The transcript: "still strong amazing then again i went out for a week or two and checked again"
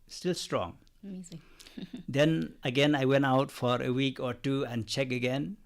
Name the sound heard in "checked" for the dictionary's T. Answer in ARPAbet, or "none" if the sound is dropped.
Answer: none